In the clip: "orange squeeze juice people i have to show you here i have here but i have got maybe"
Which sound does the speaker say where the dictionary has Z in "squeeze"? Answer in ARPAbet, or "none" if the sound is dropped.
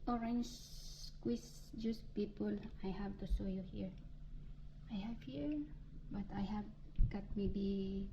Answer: S